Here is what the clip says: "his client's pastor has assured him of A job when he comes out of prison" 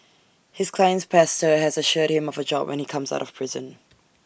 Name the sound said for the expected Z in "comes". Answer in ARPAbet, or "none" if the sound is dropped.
Z